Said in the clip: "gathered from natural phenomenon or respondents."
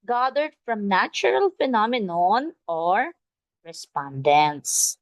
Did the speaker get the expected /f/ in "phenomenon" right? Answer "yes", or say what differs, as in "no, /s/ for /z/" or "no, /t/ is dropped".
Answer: yes